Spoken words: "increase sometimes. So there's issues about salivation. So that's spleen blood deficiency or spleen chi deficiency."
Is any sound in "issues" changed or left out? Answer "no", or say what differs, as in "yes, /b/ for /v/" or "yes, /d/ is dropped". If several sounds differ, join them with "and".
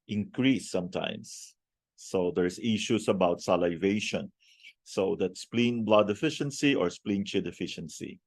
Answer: yes, /s/ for /z/